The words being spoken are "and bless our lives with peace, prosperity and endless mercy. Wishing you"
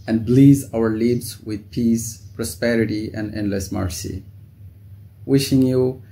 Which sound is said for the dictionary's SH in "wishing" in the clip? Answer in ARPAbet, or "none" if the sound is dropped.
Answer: SH